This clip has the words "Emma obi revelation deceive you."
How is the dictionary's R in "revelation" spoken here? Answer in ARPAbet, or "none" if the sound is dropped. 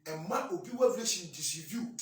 W